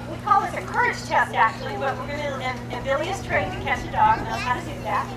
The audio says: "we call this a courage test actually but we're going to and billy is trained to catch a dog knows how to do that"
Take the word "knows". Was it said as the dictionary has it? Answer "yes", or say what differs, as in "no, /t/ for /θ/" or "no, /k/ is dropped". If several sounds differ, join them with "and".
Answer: no, /z/ is dropped